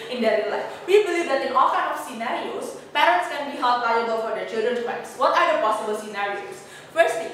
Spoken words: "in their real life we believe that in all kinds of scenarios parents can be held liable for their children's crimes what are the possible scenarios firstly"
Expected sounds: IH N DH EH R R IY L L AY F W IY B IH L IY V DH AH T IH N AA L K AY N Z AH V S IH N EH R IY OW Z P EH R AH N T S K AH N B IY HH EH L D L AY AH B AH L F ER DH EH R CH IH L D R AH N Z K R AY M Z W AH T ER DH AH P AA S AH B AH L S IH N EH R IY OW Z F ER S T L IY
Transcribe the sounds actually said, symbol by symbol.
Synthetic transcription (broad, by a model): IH N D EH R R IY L L AY F W IY B IH L IY V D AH T IH N AA L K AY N AH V S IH N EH R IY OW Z P EH R AH N T S K AH N B IY HH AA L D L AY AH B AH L F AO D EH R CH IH L D R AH N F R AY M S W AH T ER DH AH P AA S AH B AH L S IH N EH R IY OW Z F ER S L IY